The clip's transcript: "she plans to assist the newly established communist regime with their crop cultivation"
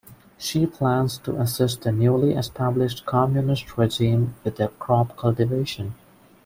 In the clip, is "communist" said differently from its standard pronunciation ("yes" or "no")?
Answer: no